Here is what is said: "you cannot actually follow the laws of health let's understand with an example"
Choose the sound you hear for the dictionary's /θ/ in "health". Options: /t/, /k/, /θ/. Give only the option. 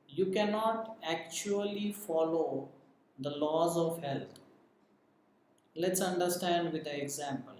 /t/